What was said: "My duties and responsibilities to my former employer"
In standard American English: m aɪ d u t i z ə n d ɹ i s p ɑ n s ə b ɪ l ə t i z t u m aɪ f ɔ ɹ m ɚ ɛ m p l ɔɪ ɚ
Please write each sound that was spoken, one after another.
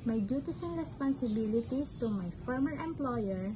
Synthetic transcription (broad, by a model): m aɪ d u t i s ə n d ɹ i s p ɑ n s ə b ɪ l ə t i s t u m aɪ f ɔ ɹ m ɚ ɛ m p l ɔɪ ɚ